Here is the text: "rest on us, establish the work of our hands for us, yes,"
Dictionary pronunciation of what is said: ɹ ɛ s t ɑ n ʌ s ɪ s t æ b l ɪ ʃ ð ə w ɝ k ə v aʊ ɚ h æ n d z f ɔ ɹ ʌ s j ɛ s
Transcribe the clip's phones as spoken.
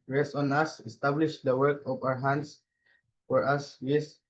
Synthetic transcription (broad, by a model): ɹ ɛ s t ɑ n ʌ s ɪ s t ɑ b l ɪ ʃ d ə w ɝ k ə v aʊ ɚ h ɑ n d s f ɔ ɹ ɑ s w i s